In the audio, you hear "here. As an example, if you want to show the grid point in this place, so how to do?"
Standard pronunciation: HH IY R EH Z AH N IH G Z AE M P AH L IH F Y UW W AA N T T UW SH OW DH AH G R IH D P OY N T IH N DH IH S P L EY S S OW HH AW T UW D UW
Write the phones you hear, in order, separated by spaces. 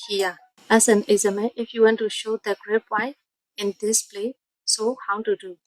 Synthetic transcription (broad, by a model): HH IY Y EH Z AH N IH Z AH M AH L IH F Y UW W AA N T T UW SH OW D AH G R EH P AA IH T IH N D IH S P L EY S S OW HH AW T UW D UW